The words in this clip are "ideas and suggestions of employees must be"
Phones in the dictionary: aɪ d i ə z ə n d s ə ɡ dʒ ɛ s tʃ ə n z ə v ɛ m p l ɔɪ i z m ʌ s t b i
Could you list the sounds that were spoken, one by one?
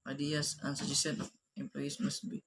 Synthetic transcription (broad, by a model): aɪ d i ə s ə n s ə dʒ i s ə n ə f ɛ m p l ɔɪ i s m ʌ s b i